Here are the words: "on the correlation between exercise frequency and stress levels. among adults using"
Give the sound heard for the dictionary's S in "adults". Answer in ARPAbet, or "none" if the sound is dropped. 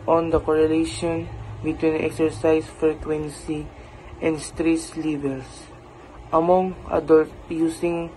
none